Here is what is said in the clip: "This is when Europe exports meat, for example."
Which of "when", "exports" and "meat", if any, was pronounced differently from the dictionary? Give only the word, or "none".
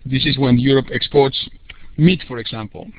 none